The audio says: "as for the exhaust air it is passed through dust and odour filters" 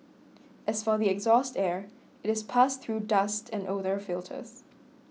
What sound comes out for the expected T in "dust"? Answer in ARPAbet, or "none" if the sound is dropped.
T